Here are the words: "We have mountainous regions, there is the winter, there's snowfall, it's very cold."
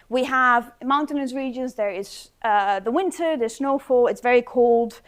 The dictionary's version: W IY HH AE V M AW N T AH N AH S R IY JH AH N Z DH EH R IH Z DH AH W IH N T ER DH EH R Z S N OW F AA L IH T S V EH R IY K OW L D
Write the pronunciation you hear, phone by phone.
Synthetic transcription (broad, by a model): W IY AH V M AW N T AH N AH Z R IY JH AH N Z DH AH R IH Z DH AH W IH N T ER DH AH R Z S N OW F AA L IH T S V EH R IY K OW L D